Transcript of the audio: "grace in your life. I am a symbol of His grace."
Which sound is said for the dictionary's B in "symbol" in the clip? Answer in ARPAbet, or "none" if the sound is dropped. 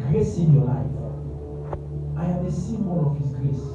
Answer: none